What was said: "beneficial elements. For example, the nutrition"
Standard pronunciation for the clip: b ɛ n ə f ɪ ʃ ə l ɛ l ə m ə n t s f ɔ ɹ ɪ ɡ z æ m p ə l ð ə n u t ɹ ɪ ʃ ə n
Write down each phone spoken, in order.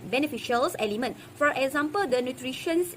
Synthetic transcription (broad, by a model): b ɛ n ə f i ʃ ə l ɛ l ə m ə n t f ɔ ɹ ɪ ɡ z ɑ m p ə l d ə n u t ɹ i ʃ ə n